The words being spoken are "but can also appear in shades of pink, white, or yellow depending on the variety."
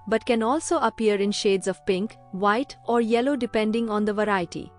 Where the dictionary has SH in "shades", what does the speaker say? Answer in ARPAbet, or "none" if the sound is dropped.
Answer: SH